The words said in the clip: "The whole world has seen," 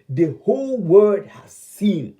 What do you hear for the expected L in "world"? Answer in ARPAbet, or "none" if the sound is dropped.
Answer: none